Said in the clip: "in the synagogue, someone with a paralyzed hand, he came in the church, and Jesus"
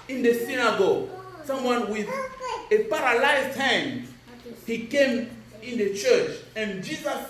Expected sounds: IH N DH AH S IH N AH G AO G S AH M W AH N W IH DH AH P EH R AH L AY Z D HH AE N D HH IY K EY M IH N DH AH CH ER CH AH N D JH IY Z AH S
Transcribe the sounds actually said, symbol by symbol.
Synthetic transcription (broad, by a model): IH N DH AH S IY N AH G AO S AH M W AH N W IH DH AH P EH R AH L AY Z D HH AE N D HH IY K EY M IH N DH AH CH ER CH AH N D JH IY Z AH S